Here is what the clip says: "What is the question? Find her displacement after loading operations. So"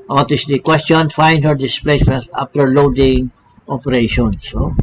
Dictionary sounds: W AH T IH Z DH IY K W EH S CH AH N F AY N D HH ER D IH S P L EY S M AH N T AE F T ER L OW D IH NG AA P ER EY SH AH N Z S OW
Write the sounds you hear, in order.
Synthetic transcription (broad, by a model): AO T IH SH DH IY K W EH S CH AH N F AY N D HH ER D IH S P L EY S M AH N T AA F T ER L OW D IH NG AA P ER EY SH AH N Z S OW